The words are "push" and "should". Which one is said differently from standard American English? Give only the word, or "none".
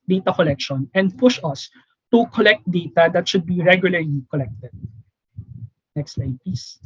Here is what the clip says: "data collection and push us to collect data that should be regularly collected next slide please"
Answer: none